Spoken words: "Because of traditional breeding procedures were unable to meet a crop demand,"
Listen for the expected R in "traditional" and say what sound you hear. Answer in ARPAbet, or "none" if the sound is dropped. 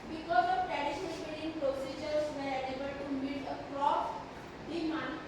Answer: none